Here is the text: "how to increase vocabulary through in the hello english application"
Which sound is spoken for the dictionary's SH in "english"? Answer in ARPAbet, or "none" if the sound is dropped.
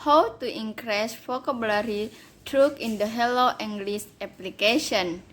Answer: S